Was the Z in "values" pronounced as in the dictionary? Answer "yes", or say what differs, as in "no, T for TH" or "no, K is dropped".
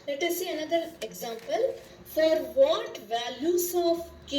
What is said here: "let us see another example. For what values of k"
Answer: no, S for Z